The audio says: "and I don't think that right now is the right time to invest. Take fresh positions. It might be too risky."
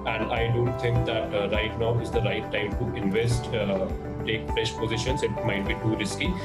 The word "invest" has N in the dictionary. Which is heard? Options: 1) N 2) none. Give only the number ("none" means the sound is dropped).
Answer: 1